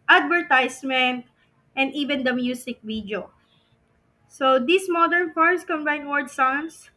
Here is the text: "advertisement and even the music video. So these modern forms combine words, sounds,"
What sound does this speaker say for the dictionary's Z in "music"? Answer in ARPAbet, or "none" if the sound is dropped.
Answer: S